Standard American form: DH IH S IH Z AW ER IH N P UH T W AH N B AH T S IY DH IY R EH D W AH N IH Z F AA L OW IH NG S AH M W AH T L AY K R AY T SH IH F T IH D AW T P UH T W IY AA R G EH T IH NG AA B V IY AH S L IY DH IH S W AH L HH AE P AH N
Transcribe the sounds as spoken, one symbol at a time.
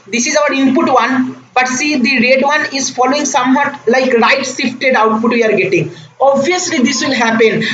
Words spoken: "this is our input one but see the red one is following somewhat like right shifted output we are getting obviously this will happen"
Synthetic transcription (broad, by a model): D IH S IH Z AW ER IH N P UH T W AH N B AH T S IY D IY R EH D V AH N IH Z F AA L OW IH NG S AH M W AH T L AY K R AY T S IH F T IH D AW T P UH T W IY AA R G EH T IH NG AA B V IY AH S L IY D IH S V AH L HH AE P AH N